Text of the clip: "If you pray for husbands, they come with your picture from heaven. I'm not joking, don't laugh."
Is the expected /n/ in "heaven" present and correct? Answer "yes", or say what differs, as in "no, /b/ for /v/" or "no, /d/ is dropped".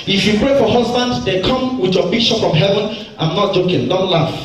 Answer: yes